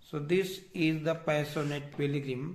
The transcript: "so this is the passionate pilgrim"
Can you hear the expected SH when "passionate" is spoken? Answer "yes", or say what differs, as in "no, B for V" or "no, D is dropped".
no, S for SH